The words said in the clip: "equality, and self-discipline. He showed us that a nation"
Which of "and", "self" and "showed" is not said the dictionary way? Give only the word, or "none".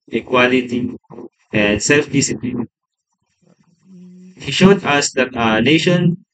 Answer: none